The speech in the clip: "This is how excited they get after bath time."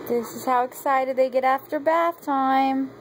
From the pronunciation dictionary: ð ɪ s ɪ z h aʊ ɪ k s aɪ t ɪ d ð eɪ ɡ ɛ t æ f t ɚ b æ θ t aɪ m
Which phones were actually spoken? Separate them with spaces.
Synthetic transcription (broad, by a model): ð ɪ s ɪ z h aʊ ɪ k s aɪ t ɪ d ð eɪ ɡ ɛ t æ f t ɚ b æ θ t aɪ m